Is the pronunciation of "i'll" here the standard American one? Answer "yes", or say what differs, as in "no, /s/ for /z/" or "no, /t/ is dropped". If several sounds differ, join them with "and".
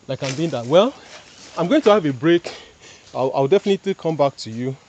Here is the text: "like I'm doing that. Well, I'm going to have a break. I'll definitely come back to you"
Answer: no, /w/ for /l/